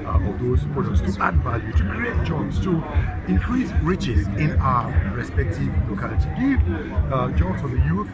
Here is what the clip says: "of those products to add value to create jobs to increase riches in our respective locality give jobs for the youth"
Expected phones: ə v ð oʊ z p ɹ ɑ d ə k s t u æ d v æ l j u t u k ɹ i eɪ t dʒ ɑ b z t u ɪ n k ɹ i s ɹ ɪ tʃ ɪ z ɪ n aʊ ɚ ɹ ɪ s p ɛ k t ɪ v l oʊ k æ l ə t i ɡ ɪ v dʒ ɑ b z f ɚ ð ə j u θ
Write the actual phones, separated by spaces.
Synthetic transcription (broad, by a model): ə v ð oʊ s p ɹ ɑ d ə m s t u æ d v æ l j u t u k ɹ i eɪ t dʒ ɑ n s t u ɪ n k ɹ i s ɹ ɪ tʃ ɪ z ɪ n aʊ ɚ ɹ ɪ s p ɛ k t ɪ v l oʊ k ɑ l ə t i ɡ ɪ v dʒ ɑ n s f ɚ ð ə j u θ